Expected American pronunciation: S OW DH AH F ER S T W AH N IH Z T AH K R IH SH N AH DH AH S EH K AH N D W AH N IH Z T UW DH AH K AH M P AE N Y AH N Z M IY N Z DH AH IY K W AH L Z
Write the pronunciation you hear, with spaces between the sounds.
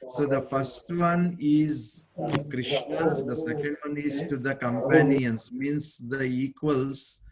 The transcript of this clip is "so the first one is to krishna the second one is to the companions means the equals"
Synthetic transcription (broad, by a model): S OW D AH F ER S T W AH N IH Z K R IH SH N AH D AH S EH K AH N D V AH N IH Z T UW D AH K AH M P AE N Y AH N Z M IY N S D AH IY K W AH L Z